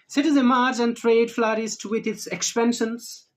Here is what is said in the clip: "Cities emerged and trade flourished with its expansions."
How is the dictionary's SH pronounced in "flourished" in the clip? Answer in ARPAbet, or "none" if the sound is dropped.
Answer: S